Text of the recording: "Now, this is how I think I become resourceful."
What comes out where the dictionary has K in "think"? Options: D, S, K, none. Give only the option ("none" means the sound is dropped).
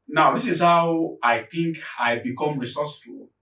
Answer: K